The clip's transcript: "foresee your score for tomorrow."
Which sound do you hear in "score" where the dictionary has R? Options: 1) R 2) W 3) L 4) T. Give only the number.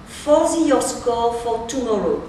3